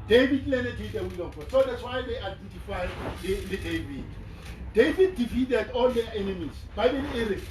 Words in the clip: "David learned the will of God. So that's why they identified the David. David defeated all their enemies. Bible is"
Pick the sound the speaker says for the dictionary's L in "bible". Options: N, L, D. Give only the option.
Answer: N